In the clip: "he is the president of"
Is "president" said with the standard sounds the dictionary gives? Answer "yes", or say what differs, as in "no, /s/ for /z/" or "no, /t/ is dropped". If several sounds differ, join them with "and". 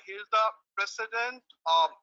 no, /s/ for /z/